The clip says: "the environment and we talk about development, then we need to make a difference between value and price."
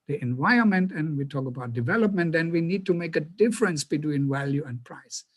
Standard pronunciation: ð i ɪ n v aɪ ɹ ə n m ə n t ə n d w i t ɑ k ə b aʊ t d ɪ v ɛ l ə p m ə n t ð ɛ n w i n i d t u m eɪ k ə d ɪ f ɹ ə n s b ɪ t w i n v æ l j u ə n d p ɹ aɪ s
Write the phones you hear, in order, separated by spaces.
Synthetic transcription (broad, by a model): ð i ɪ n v aɪ ə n m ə n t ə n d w i t ɑ k ə b aʊ t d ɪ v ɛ l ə p m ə n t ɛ n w i n i d t u m eɪ k ə d ɪ f ɹ ə n s b ɪ t w i n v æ l j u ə n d p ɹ aɪ s